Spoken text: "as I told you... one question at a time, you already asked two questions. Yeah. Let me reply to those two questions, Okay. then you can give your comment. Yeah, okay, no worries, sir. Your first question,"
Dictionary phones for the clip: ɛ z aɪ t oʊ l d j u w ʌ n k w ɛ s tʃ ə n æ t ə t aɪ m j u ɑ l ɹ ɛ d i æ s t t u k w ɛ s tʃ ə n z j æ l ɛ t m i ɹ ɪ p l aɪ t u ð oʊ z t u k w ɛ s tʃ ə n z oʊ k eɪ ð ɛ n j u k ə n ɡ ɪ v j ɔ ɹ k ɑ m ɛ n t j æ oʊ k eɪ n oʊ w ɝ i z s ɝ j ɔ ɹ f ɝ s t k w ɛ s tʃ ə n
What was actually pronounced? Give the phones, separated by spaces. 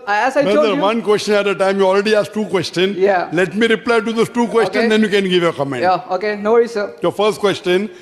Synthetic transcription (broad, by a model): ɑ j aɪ s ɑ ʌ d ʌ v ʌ n k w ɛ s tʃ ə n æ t ə t aɪ m j u ɑ l ɹ ɛ d i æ s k t u k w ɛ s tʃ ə n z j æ l ɛ t m i ɹ ɪ p l aɪ t u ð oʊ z t u k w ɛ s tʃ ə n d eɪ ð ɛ n j u k ə n ɡ ɪ v j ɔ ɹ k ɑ m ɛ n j oʊ k eɪ n oʊ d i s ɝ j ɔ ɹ f ɝ s t k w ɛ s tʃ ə n